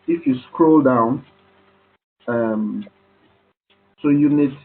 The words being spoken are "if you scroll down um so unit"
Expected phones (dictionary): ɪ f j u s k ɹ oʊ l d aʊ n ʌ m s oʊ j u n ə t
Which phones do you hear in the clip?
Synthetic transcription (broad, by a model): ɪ f j u s k ɹ oʊ l d aʊ n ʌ m s oʊ j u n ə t